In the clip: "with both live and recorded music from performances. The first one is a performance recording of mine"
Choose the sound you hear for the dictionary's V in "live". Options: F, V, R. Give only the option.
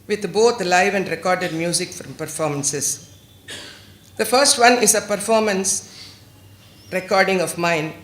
V